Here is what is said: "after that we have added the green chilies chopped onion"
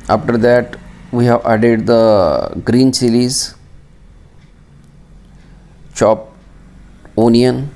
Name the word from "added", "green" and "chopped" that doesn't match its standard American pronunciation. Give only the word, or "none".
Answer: chopped